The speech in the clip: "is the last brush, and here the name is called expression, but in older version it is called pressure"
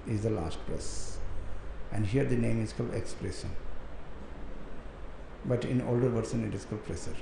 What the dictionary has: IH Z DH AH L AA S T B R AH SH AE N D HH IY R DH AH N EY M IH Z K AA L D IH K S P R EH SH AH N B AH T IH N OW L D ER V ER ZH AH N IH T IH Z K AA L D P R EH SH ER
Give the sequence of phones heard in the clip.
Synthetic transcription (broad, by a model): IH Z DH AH L AA S T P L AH S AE N D HH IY R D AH N EY M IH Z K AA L IH K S P R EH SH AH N B AH T IH N OW L D ER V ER S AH N IH T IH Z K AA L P R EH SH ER